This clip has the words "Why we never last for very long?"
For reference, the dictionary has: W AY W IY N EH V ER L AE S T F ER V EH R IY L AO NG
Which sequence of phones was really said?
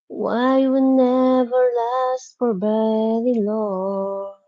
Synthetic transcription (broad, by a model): W AY W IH N EH V ER L AE S T F ER B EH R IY L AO